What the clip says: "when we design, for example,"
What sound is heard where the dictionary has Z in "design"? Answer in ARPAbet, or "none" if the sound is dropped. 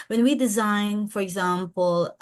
Z